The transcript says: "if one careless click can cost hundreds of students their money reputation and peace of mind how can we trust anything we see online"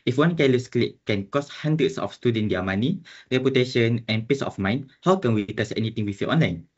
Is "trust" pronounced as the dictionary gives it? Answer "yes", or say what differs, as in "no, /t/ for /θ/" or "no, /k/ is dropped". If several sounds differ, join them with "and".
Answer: no, /ɹ/ is dropped and /t/ is dropped